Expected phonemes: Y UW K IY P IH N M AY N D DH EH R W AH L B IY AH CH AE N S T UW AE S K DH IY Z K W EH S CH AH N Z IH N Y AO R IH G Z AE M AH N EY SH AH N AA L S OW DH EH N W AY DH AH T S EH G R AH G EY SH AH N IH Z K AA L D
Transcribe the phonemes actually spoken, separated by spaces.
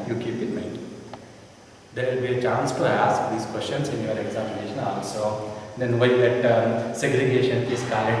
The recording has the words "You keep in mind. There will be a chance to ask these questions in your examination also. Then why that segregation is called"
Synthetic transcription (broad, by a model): Y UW K IY P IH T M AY D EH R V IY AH CH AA N S T UW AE S K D IY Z K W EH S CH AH N S IH N Y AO R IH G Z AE M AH N EY SH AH N AA L S OW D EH N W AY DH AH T S EH G R AH G EY SH AH N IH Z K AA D